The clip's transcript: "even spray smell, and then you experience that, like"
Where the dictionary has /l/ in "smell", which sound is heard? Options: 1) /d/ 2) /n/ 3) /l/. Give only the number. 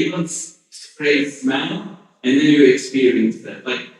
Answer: 2